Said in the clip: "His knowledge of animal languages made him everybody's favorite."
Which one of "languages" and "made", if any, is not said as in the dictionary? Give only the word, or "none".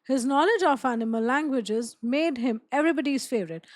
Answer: none